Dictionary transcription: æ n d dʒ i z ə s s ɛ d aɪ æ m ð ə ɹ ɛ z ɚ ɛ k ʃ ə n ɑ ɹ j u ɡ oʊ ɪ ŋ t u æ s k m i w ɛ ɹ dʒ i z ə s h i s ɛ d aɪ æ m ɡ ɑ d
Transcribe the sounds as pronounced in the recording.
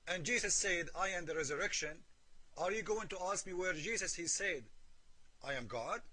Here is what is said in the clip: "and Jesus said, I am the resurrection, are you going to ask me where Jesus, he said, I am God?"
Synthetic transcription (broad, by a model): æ n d dʒ i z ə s s ɛ d aɪ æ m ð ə ɹ ɛ z ɚ ɛ k ʃ ə n ɑ ɹ j u ɡ oʊ ɪ ŋ t u æ s k m i w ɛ ɹ dʒ i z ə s h i s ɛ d aɪ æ m ɡ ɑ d